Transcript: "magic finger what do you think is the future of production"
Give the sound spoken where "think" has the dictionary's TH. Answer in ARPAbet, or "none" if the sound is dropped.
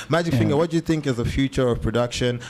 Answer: TH